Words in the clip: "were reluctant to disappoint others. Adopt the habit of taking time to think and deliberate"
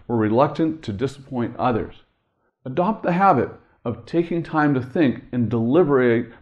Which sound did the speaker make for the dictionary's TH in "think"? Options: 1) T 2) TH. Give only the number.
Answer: 2